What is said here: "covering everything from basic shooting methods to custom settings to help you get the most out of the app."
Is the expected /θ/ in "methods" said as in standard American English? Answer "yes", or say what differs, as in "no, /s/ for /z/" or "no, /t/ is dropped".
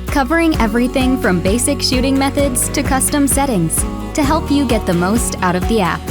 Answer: yes